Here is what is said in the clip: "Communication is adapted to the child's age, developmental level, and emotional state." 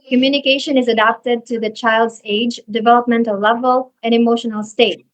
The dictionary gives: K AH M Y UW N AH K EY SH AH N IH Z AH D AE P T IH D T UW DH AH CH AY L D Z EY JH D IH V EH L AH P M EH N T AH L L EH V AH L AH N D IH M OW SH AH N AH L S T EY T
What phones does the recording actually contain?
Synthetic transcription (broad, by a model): K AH M Y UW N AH K EY SH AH N IH Z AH D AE P T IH D T UW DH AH CH AY L D Z EY JH D IH V EH L AH P M EH N T AH L L EH V AH L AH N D IH M OW SH AH N AH L S T EY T